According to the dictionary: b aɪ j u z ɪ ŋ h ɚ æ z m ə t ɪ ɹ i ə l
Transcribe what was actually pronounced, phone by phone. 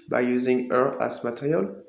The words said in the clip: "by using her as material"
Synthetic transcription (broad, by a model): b aɪ j u z ɪ ŋ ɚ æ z m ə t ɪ ɹ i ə l